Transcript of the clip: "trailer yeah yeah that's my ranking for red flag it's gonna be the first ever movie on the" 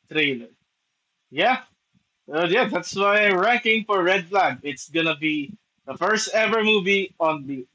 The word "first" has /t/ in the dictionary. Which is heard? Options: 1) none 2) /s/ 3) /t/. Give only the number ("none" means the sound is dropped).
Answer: 3